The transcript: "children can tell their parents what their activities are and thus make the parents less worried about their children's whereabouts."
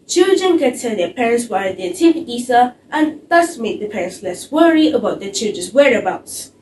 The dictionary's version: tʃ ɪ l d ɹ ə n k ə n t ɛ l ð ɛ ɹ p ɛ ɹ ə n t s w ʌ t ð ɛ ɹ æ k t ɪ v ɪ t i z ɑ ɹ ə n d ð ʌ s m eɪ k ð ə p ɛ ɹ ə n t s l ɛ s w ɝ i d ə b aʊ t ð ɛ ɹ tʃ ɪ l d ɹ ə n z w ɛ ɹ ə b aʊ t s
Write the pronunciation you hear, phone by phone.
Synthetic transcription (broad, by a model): tʃ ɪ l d ɹ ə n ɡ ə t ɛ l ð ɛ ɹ p ɛ ɹ ə n t s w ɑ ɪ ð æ t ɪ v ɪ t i s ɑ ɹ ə n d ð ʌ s m eɪ k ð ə p ɛ ɹ ə n t s l ɛ s w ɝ i ə b aʊ t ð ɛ tʃ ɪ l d ɹ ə n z w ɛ ɹ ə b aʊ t s